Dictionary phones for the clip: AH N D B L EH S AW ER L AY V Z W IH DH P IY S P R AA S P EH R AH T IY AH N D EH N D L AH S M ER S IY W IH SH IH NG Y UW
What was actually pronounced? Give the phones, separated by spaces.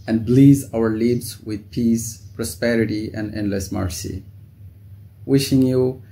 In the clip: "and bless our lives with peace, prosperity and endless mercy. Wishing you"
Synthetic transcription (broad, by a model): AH N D B L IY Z AW ER L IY B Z W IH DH P IY S P R AA S P EH R AH T IY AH N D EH N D L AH S M ER S IY W IH SH IH NG Y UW